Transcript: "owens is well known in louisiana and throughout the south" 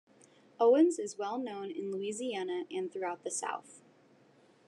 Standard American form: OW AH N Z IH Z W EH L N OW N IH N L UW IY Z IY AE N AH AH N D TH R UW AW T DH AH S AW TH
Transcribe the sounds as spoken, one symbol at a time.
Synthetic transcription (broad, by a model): OW AH N Z IH Z W EH L N OW N IH N L UW IY Z IY AE N AH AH N TH R UW AW T DH AH S AW TH